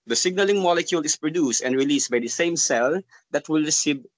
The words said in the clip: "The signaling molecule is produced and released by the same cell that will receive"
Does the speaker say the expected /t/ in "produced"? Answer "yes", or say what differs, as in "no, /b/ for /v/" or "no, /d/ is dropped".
yes